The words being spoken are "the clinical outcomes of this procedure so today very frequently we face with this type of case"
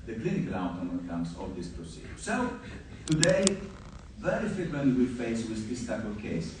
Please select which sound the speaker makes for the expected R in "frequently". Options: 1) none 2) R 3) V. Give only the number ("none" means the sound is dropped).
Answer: 1